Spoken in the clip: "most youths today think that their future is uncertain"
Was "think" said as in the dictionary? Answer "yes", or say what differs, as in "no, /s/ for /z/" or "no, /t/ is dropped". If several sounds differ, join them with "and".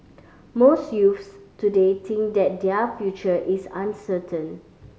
no, /t/ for /θ/